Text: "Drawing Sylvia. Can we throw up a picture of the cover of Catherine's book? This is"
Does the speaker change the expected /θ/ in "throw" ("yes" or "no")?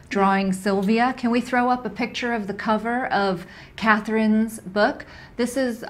no